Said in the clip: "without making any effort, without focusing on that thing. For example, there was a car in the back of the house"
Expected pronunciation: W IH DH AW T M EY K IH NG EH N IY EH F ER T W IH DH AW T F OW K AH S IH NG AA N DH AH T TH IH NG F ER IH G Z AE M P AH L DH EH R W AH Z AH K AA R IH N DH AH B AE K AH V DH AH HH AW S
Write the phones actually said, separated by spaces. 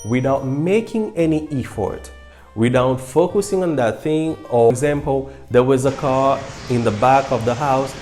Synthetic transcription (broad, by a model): W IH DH AW T M EY K IH NG EH N IY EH F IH T W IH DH AW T F OW K AH S IH NG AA N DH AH T TH IH NG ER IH G Z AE M P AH L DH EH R W AH Z AH K AA R IH N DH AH B AE K AH V DH AH HH AW S